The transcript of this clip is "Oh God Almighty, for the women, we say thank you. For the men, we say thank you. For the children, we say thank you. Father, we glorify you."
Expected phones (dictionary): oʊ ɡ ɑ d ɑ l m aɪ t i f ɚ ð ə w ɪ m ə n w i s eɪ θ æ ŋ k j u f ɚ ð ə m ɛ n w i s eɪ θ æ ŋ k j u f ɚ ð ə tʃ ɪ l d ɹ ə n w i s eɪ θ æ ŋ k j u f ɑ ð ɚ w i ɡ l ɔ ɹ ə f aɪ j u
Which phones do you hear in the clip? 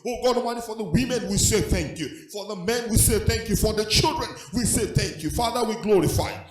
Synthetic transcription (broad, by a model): oʊ ɡ ɑ d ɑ m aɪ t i f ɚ ð ə w ɪ m ə n w i s eɪ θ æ ŋ k j u f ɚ ð ə m ɛ n w i s eɪ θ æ ŋ k j u f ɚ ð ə tʃ ɪ l d ɹ ə n w i s eɪ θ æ ŋ k j u f ɑ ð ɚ w i ɡ l ɔ ɹ ə f aɪ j